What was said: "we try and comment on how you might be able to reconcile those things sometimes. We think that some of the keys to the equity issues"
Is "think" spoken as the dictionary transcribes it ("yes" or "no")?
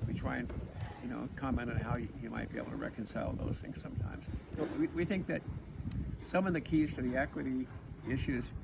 yes